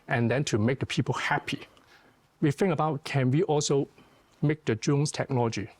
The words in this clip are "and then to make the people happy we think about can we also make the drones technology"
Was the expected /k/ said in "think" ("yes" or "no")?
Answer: no